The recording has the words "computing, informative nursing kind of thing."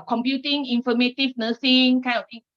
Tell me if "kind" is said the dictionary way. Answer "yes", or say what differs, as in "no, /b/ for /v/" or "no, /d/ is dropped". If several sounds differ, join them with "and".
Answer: no, /d/ is dropped